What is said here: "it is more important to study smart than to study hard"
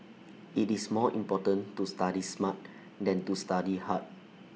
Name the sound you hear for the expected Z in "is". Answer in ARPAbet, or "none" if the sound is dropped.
S